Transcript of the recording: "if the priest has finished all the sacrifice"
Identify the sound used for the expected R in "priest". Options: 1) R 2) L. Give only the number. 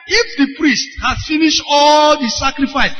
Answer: 1